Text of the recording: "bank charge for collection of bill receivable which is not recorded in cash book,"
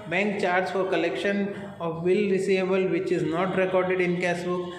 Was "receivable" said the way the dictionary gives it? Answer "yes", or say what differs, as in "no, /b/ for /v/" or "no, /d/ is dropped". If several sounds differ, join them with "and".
no, /v/ is dropped